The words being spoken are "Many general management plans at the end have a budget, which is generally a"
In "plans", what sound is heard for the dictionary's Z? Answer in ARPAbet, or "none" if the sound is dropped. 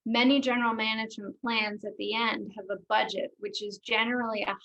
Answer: Z